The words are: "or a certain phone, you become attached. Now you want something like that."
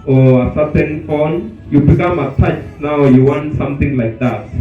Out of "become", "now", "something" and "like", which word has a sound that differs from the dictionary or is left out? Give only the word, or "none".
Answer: something